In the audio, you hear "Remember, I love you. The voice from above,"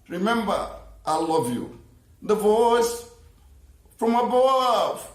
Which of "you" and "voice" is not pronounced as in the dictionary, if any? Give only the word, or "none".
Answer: none